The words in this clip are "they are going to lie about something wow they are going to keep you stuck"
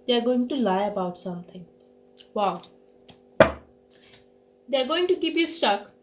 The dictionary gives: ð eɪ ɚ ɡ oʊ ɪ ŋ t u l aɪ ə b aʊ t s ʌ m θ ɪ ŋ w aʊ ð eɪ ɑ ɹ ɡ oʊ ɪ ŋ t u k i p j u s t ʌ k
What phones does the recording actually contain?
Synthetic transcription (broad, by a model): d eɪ ɚ ɡ oʊ ɪ ŋ t u l aɪ ə b aʊ t s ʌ m t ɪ ŋ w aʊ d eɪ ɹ ɡ oʊ ɪ ŋ t u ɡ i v j u s t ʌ k